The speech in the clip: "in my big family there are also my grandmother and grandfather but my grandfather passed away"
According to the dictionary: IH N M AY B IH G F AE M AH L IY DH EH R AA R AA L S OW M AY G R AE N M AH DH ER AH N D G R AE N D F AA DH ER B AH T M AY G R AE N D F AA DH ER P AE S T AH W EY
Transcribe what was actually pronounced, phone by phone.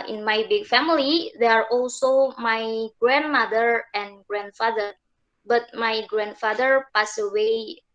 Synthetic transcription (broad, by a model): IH N M AY B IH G F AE M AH L IY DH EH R AA R AA L S OW M AY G R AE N M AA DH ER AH N G R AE N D F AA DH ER B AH T M AY G R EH N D F AA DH ER P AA S AH W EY